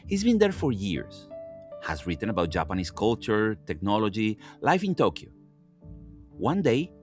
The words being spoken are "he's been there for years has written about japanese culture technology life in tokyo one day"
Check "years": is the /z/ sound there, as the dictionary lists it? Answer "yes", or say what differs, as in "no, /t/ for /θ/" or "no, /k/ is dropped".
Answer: no, /s/ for /z/